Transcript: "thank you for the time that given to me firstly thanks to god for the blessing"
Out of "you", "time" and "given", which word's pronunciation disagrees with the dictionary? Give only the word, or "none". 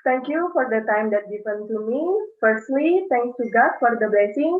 given